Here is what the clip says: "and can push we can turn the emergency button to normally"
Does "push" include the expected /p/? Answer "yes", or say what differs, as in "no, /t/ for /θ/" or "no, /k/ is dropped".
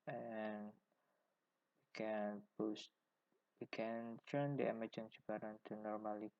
no, /b/ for /p/